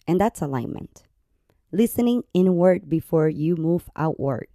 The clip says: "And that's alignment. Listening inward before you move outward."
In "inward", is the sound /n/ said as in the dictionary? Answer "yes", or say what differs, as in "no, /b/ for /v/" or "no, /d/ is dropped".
yes